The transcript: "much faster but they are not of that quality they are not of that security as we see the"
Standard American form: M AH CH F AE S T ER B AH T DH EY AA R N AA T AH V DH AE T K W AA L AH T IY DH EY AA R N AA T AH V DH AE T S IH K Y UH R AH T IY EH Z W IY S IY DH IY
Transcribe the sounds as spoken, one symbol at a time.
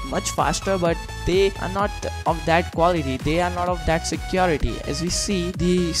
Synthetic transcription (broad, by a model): M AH CH F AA S T ER B AH T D EY AA R N AA T AH V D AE T K W AA L AH T IY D EY AA R N AA T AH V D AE T S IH K Y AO R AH T IY EH Z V IY S IY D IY